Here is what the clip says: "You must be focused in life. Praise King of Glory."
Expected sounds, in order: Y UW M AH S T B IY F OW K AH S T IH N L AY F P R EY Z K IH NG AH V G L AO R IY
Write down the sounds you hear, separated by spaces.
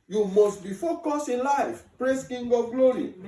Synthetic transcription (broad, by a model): Y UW M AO S T B IY F OW K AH S IH N L AY F P R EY S K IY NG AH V G L AO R IY